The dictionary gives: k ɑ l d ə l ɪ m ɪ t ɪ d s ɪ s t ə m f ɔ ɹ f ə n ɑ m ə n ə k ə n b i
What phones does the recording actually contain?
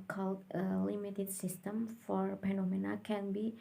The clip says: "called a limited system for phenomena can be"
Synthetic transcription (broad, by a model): k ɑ l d ə l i m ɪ t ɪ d s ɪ s t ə m f ɔ ɹ p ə n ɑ m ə n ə k ə n b i